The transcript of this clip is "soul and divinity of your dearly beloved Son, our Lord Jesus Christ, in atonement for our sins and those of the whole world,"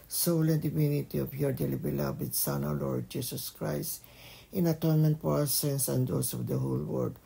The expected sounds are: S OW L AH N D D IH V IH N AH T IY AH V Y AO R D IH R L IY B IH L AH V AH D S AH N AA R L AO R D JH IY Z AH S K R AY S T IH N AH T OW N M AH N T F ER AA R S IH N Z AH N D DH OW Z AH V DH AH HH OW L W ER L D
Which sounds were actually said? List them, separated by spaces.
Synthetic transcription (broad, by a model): S OW L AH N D D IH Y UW N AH T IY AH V Y AO R D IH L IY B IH L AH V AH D S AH N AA L AO R D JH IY S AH S K R AY S T IH N AH T OW N M AH N T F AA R S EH N S AH N D OW S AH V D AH HH OW L W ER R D